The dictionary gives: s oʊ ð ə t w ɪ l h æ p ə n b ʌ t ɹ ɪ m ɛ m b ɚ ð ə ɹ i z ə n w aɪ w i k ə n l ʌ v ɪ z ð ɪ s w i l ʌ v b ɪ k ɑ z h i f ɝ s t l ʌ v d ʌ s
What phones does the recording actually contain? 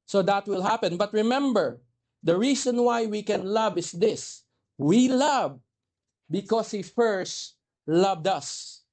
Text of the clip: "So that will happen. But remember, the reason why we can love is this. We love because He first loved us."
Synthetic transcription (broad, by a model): s oʊ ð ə t w ɪ l h æ p ə n b ʌ t ɹ ɪ m ɛ m b ɚ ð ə ɹ i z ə n w aɪ w i k ə n l ʌ v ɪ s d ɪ s w i l ʌ v b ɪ k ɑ s h i f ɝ s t l ʌ v d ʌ s